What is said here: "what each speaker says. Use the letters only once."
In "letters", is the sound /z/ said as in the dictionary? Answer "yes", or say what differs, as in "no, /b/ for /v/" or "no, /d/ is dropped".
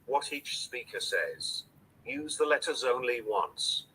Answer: yes